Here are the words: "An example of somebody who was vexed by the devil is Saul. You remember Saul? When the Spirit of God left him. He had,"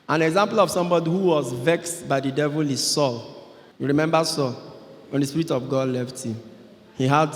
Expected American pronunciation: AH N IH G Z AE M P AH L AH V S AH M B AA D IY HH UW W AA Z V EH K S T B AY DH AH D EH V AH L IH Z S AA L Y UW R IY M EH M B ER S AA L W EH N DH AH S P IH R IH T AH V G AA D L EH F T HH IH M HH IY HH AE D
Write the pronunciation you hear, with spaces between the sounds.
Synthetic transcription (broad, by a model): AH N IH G Z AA M P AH L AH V S AH M B AA D IY HH UW W AA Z V EH K S T B AY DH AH D EH V AH L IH S AA L Y UW R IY M EH M B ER S AA L W EH N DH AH S P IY R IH T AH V G AA D L EH F T HH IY M HH IY HH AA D